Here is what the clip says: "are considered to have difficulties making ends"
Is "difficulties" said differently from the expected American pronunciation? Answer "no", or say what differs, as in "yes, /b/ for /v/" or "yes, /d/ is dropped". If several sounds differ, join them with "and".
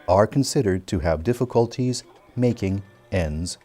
no